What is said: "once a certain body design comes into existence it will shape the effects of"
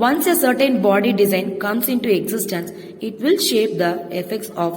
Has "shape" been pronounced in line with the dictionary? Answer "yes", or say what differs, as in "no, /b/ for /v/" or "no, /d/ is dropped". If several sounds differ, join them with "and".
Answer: yes